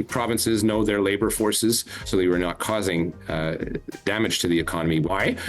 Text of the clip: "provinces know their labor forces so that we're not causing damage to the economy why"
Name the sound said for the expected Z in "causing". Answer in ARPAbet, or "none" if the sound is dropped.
Z